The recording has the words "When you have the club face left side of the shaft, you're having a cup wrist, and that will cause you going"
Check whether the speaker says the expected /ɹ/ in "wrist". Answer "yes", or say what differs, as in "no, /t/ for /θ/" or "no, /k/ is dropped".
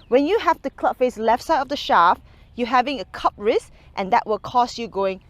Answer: yes